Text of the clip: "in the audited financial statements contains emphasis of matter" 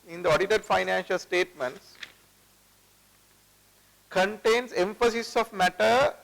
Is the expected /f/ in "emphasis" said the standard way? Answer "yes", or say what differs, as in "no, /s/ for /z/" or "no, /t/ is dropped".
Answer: yes